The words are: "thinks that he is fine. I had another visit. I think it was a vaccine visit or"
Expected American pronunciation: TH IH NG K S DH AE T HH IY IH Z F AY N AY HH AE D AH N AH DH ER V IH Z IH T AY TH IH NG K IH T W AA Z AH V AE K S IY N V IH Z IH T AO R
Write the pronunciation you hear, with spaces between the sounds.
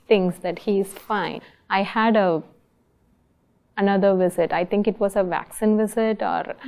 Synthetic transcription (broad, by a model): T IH NG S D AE T HH IY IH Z F AY N AY HH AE D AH N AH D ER V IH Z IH T AY T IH NG K IH T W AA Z AH V AE K S IY N V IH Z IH T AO R